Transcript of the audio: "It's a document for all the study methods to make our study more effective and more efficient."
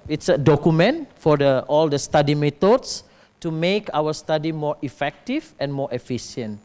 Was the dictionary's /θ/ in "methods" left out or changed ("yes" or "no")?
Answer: yes